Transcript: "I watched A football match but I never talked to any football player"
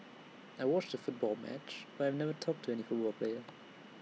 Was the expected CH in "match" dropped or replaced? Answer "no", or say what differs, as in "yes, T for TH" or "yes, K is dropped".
no